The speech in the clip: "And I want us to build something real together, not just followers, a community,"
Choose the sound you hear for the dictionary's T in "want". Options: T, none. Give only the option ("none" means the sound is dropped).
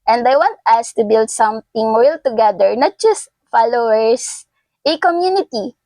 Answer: T